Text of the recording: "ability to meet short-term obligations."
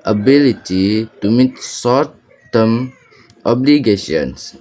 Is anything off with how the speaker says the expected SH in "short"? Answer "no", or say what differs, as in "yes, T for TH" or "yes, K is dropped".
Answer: yes, S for SH